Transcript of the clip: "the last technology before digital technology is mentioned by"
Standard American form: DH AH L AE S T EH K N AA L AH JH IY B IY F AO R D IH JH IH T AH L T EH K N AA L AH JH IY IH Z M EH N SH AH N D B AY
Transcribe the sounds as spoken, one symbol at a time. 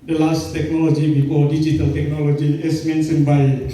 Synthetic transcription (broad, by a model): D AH L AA S T EH K N AA L AH JH IY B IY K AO D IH JH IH T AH L T EH K N AA L AH JH IY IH S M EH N S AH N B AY